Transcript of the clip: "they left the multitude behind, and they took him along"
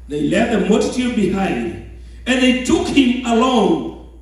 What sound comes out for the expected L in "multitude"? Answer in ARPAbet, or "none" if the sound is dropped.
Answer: none